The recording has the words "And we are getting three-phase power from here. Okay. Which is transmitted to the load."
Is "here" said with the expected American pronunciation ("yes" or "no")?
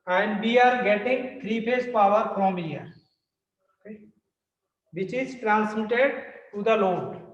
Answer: no